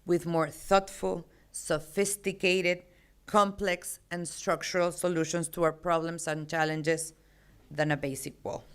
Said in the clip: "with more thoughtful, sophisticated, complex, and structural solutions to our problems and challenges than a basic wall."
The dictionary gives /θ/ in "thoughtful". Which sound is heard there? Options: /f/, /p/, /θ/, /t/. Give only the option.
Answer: /θ/